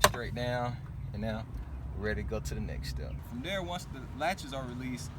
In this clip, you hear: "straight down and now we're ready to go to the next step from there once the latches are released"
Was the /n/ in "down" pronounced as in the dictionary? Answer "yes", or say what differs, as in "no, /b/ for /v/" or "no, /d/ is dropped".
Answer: no, /n/ is dropped